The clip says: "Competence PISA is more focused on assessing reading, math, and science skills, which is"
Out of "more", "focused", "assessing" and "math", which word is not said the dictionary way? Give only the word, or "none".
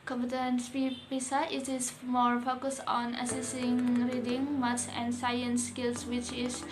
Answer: math